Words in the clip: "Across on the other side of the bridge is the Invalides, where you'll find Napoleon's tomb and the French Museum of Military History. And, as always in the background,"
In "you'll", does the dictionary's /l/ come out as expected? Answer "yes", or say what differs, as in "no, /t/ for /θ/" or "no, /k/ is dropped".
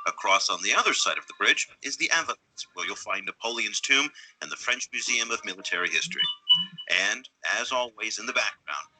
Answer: yes